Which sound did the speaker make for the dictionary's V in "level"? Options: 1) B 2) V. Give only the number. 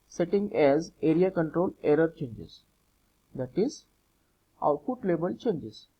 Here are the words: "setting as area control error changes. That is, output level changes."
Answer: 1